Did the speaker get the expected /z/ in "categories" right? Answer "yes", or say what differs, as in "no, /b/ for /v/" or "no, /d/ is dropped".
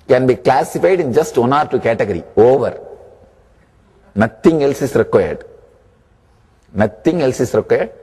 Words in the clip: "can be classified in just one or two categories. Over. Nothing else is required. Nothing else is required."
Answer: no, /z/ is dropped